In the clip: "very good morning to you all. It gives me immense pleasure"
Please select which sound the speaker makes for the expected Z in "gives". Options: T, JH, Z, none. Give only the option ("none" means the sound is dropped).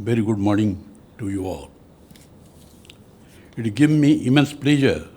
none